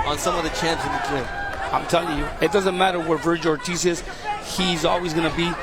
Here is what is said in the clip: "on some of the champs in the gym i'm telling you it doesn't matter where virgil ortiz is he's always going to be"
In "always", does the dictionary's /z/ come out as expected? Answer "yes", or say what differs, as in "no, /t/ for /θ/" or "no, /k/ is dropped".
yes